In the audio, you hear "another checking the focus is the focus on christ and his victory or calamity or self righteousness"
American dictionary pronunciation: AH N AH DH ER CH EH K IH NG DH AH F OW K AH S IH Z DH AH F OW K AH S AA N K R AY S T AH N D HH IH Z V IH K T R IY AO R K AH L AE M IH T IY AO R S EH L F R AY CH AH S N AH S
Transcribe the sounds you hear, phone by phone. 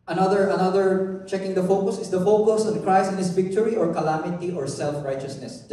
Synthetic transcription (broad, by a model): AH N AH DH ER CH EH K IH NG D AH F OW K AH S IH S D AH F OW K AH S AA N K R AY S AH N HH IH S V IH K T R IY AO R K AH L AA M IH T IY AO R S EH L F R AY CH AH S N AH S